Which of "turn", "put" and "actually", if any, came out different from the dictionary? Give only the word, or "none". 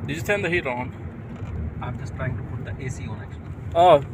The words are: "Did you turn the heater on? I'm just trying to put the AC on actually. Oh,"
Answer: turn